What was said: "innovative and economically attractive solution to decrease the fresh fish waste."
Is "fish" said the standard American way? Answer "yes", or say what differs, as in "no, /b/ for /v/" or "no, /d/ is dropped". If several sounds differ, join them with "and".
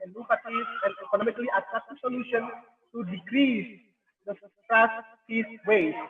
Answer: no, /s/ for /ʃ/